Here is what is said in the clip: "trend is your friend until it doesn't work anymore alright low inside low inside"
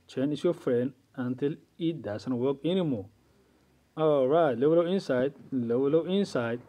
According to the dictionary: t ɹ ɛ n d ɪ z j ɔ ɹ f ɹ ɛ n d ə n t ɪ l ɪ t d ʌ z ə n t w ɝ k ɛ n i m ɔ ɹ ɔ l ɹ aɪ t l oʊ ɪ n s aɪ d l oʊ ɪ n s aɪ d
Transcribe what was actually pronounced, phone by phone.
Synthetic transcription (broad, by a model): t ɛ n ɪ s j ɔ f ɹ ɛ n d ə n t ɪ l ɪ t d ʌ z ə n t w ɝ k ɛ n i m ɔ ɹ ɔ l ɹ aɪ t l oʊ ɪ n s aɪ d l oʊ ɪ n s aɪ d